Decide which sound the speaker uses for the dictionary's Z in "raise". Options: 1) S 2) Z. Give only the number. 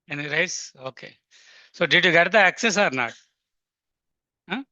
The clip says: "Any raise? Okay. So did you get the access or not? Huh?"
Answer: 1